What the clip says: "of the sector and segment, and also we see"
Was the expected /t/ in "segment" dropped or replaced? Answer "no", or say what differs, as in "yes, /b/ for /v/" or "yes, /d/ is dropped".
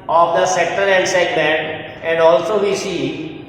yes, /t/ is dropped